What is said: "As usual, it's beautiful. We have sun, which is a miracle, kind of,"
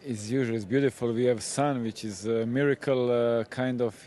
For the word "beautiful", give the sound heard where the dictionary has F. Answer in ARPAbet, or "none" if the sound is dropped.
F